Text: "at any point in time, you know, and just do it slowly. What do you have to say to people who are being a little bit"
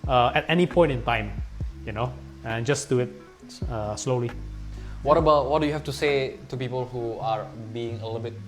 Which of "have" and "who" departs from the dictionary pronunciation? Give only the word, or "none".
have